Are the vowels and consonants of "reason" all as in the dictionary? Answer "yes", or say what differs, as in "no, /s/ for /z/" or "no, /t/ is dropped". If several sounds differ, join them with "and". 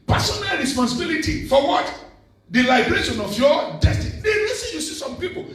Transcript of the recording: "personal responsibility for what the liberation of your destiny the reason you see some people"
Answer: no, /l/ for /ɹ/